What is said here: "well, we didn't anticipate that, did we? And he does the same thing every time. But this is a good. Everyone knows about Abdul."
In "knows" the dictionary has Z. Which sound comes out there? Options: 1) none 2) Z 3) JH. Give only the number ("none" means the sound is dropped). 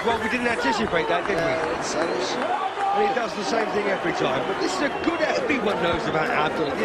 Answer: 2